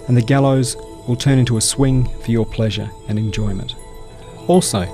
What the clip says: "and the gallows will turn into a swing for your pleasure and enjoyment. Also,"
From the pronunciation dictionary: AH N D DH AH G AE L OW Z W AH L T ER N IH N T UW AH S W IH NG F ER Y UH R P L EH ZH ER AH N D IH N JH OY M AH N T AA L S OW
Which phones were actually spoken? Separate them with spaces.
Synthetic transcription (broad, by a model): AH N DH AH G AE L OW Z W AH L T ER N IH N T UW AH S W IH NG F ER Y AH R P L EH ZH ER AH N IH N JH OY M AH N T AA L S OW